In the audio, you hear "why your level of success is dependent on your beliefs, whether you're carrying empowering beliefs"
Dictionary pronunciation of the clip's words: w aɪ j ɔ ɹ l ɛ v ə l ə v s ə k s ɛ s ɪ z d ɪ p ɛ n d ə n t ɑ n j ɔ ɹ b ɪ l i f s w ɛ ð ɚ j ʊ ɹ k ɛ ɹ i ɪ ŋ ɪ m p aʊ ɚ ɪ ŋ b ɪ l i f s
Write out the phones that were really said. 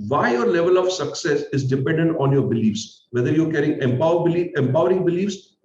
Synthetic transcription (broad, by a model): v aɪ j ɔ ɹ l ɛ v ə l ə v s ə k s ɛ s ɪ z d ɪ p ɛ n d ə n t ɑ n j ɔ ɹ b ɪ l i f s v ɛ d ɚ j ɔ ɹ k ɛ ɹ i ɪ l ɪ m p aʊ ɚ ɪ ŋ b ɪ l i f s